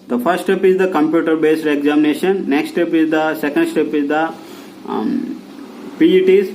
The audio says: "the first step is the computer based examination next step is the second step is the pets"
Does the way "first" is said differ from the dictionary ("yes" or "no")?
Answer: yes